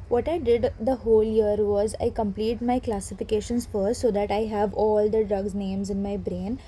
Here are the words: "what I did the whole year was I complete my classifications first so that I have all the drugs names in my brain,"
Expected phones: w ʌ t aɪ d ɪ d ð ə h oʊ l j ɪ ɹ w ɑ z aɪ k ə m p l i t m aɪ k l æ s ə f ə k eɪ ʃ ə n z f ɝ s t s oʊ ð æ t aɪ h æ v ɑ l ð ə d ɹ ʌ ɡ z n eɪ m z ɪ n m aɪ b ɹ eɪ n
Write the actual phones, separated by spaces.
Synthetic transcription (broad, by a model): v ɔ t aɪ d ɪ d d ə h oʊ l j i ɹ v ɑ z aɪ k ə m p l i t m aɪ k l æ s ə f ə k eɪ ʃ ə n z f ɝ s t s oʊ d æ t aɪ h æ v ɑ l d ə d ɹ ʌ ɡ z n eɪ m z ɪ n m aɪ b ɹ eɪ n